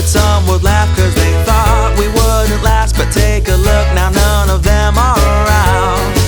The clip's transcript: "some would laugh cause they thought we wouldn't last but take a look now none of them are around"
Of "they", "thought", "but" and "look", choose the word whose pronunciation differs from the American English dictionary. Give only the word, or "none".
none